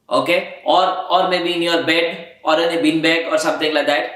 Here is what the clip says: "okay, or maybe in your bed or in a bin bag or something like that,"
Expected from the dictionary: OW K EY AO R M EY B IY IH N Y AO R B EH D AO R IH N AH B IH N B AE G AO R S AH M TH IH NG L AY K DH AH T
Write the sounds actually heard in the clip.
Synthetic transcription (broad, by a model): OW K EY AO R M EY B IY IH N Y AO R B EH D AO R IH N AH B IH N B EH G AO R S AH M T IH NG L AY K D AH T